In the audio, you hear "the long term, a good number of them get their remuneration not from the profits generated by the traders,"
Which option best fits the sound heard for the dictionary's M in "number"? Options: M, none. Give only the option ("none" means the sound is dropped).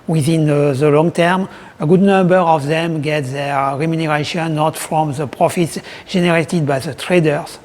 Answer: M